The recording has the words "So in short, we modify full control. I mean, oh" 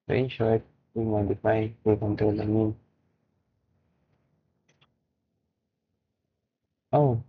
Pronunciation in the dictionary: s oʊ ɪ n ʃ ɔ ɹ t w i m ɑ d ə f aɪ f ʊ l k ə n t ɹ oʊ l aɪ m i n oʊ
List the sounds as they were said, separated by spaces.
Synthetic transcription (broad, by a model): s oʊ ɪ n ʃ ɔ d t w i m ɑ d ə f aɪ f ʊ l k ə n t oʊ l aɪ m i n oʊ